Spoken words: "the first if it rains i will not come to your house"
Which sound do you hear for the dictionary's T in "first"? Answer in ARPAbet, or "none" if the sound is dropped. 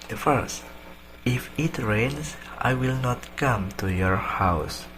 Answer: T